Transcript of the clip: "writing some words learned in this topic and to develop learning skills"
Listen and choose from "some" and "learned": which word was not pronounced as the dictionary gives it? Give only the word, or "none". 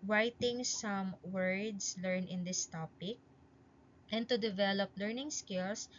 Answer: learned